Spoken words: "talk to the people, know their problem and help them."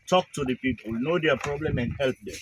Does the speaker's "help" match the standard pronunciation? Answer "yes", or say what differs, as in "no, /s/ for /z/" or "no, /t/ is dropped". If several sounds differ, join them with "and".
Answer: yes